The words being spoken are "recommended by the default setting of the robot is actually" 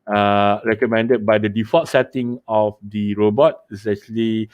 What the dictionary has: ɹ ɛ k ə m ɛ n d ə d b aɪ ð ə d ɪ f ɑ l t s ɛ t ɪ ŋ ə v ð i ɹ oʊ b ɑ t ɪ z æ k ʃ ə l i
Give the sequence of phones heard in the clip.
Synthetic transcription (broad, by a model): ɹ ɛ k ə m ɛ n d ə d b aɪ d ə d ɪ f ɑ t s ɛ t ɪ ŋ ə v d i ɹ oʊ b ɑ t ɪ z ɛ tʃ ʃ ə l i